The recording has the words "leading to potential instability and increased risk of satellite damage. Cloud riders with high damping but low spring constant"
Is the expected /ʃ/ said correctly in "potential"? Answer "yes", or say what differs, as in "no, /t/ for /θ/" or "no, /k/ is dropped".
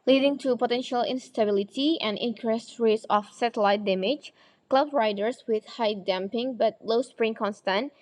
yes